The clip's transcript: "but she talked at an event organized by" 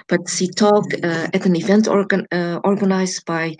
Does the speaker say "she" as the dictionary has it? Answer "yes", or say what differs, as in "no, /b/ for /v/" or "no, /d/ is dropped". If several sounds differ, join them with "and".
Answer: no, /s/ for /ʃ/